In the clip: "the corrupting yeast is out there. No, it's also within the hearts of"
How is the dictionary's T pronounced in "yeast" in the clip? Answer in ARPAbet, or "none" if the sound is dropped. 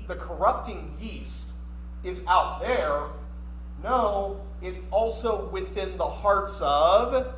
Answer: T